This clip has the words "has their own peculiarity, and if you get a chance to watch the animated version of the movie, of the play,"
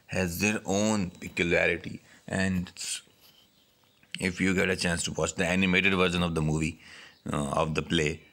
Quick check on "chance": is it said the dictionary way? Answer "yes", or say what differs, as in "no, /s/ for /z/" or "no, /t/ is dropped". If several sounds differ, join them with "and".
yes